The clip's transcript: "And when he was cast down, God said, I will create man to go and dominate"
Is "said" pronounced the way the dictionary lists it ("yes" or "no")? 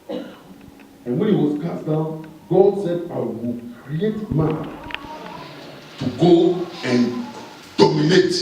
yes